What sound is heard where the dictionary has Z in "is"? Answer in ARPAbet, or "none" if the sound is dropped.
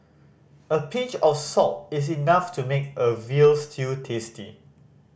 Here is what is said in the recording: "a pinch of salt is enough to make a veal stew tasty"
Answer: S